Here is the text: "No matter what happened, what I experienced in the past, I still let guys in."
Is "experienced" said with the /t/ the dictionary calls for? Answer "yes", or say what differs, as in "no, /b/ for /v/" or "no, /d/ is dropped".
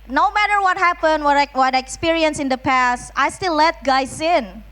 no, /t/ is dropped